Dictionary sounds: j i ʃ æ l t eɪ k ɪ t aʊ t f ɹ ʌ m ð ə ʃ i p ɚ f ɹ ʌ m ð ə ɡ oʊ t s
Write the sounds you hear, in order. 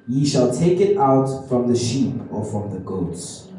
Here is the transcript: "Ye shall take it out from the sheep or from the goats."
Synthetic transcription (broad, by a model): j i ʃ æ l t eɪ k ɪ t aʊ t f ɹ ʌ m ð ə ʃ i p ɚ f ɹ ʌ m ð ə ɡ oʊ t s